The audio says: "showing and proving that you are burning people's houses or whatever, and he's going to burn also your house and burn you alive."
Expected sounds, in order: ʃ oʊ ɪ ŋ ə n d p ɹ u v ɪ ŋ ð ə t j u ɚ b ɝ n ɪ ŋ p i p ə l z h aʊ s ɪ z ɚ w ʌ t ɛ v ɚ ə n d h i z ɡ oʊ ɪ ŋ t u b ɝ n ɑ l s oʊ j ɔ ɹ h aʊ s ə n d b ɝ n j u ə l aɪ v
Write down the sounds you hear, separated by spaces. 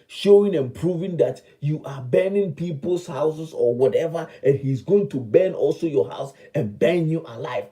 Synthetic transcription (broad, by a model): ʃ oʊ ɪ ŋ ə n p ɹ u v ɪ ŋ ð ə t j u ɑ b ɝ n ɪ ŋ p i p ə l s h aʊ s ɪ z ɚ w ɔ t ɛ v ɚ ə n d h i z ɡ oʊ ɪ ŋ t u b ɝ n ɑ l s oʊ j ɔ h aʊ s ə n b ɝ n j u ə l aɪ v